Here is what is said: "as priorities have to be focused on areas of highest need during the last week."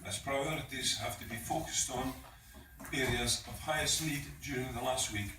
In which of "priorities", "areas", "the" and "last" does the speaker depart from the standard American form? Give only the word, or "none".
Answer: none